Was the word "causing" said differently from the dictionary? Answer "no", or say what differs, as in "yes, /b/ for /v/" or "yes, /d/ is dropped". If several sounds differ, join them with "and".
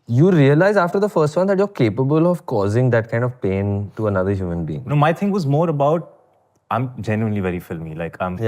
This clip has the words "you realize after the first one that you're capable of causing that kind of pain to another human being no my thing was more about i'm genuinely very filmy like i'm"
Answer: no